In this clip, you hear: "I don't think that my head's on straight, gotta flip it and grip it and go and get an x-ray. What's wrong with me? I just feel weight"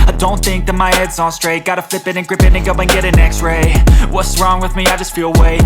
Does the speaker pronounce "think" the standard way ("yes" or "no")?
yes